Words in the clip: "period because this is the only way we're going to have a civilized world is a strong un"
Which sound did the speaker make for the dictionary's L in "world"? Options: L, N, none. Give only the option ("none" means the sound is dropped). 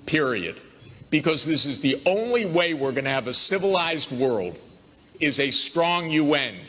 L